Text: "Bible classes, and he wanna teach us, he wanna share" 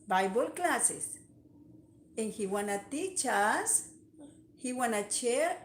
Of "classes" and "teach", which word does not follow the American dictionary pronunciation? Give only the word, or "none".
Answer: classes